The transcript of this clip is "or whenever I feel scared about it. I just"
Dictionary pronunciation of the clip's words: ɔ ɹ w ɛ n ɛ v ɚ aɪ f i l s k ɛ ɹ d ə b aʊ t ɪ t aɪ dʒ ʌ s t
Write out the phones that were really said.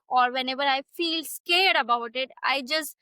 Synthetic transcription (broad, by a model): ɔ ɹ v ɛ n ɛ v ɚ aɪ f i l s k ɛ ɹ d ə b aʊ t ɪ t aɪ dʒ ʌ s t